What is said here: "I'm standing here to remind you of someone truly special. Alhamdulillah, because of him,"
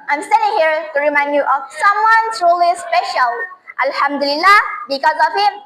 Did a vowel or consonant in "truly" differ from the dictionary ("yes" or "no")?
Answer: yes